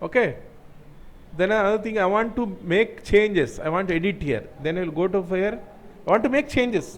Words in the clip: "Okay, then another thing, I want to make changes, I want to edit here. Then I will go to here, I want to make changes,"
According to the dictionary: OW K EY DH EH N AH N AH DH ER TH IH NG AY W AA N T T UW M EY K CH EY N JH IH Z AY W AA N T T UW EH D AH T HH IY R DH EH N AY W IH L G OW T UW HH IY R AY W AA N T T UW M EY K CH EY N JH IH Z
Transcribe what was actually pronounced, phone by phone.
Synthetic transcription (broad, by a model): OW K EY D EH N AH AH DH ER T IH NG AY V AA N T T UW M EY K CH EY N JH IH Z AY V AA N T T UW EH D AH T HH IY R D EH N AY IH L G OW T UW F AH R AY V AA N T T UW M EY K CH EY N JH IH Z